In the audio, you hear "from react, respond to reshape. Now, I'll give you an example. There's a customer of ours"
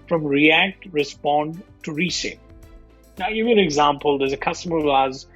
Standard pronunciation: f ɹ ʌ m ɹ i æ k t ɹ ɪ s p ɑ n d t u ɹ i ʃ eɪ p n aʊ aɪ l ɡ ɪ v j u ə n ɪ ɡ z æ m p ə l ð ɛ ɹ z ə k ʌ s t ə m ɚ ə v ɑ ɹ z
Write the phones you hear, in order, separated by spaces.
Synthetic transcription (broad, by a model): f ɹ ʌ m ɹ i æ k t ɹ ɪ s p ɑ n d t u ɹ i s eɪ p n aʊ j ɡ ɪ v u ə n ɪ ɡ z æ m p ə l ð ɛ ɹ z ə k ʌ s t ə m ɚ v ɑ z